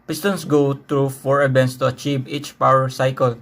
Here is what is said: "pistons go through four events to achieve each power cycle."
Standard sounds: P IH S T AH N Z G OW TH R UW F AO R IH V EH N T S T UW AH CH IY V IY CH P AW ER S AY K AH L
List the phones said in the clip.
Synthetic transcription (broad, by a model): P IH S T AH N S G OW T R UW F AO R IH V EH N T S T UW AH CH IY V IY CH P AW ER S AY K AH L